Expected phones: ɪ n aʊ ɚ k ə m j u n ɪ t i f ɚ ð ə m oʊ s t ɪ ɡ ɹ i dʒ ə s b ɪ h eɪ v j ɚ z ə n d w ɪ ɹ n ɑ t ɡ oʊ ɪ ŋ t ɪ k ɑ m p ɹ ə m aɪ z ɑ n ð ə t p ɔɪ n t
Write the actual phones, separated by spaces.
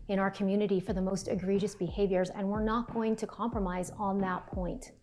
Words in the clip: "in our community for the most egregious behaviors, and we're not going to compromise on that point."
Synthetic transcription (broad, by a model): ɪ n aʊ ɚ k ə m j u n ɪ t i f ɚ ð ə m oʊ s t ɪ ɡ ɹ i dʒ ə s b ɪ h eɪ v j ɚ z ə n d w ɪ ɹ n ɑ t ɡ oʊ ɪ ŋ t ɪ k ɑ m p ɹ ə m aɪ z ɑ n ð ə t p ɔɪ n t